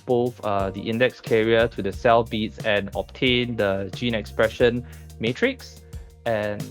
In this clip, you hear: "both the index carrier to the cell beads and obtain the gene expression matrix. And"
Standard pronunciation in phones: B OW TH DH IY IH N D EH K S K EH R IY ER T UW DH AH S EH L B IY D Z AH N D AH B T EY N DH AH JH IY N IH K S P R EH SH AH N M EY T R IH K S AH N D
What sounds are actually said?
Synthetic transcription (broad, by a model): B OW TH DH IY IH N D EH K S K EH R IY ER T UW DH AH S EH L B IY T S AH N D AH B T EY N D AH JH IY N IH K S P R EH SH AH N M EY T R IH K S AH N